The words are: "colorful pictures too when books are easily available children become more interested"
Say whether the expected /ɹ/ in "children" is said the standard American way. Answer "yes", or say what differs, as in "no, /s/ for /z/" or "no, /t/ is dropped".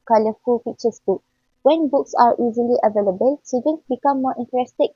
no, /ɹ/ is dropped